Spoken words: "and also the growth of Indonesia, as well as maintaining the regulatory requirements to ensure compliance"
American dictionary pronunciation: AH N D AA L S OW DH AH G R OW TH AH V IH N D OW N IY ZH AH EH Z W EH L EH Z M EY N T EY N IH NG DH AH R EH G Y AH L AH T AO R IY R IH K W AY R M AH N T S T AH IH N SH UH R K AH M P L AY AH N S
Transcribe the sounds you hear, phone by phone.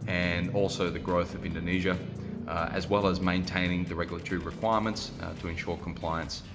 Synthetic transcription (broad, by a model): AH N AA L S OW DH AH G R OW TH AH V IH N D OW N IY ZH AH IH Z W EH L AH Z M EY N T EY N IH NG DH AH R EH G Y L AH T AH R IY R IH K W AY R M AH N T S T AH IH N SH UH R K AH M P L AY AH N S